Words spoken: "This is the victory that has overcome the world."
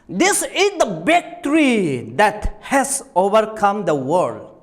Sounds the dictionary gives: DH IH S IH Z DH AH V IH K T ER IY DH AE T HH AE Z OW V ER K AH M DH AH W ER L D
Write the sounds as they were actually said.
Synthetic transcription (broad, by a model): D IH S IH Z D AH B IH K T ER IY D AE T HH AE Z OW V ER K AH M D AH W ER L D